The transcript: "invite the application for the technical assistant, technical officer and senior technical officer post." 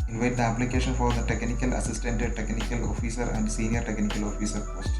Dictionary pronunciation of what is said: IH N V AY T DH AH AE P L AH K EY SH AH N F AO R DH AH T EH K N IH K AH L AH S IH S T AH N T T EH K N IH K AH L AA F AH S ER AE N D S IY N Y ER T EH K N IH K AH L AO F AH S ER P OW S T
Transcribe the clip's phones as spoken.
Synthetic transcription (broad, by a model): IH N V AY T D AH AE P L AH K EY SH AH N F AO R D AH T EH K N IH K AH L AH S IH S T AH N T T EH K N IH K AH L AA F AH S ER AE N D S IY N Y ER T EH K N IH K AH L AO F AH S ER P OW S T